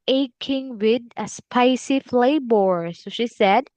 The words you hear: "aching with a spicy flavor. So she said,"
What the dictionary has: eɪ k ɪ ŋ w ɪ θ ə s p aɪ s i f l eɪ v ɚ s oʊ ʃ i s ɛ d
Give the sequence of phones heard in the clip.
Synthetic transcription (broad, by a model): eɪ k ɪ ŋ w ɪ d ə s p aɪ s i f l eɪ b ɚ s oʊ ʃ i s ɛ d